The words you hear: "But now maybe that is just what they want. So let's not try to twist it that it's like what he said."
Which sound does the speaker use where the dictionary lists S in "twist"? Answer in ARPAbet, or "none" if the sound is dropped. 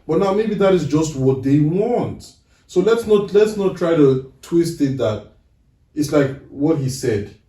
S